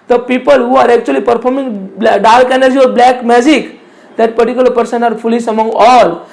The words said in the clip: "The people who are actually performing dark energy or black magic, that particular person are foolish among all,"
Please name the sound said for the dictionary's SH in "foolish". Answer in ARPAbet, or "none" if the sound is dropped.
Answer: S